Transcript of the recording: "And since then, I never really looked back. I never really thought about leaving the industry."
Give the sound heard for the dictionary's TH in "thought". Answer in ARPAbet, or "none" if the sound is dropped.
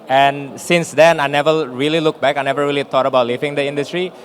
T